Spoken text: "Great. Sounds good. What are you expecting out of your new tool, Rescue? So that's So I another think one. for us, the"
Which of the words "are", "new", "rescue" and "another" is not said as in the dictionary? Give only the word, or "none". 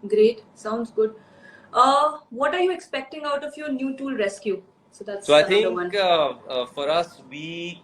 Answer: another